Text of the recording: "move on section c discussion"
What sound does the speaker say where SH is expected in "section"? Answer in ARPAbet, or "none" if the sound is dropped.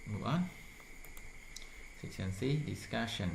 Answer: S